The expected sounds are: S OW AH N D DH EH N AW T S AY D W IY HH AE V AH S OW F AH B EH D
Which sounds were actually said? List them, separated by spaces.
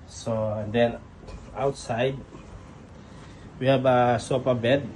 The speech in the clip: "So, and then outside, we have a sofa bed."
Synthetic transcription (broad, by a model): S OW AH N D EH N AW T S AY D W IY HH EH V AH S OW P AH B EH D